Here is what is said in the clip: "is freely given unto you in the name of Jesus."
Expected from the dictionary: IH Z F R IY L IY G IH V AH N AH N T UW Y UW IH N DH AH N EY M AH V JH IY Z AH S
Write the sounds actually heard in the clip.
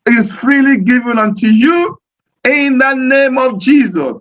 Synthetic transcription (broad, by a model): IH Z F R IY L IY G IH V AH N AH N T UW Y UW IH N DH AH N EY M AH V JH IY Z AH S